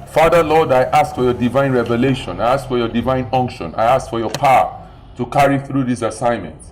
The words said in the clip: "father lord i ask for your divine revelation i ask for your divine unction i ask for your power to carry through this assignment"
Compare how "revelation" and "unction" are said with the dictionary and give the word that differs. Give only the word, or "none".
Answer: none